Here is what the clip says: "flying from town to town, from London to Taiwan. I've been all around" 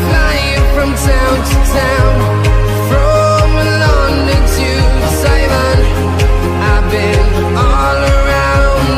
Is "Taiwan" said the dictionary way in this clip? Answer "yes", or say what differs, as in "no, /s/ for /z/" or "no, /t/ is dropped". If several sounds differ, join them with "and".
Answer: no, /s/ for /t/